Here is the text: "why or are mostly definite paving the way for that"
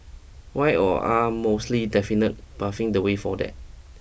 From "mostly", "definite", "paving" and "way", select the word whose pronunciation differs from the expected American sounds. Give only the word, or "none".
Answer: paving